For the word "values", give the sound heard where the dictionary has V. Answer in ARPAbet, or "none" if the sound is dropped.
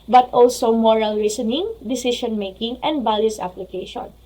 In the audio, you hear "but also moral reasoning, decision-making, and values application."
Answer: B